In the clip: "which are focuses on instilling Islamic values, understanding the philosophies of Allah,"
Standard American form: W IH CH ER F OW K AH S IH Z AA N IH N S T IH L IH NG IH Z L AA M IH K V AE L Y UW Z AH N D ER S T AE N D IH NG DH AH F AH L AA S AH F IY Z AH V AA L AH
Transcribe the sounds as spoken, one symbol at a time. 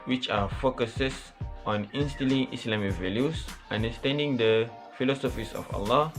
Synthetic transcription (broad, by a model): W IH CH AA F OW K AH S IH S AA N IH N S T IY L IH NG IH S L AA M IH K V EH L Y UW S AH N D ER S T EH N D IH NG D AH F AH L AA S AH F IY S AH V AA L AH